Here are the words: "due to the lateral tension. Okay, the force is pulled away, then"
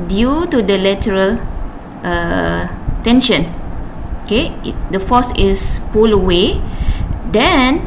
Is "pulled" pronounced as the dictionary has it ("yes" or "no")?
no